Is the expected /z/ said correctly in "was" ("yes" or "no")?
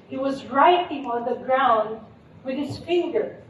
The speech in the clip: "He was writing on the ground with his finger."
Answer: yes